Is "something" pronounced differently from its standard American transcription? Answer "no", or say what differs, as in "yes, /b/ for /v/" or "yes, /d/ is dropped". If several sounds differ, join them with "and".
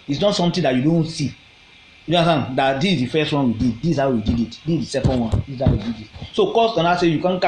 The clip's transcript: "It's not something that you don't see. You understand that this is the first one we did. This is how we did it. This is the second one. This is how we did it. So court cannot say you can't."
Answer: yes, /t/ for /θ/